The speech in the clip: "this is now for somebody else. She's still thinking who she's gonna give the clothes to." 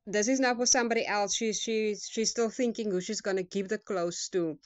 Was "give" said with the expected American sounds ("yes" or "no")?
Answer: no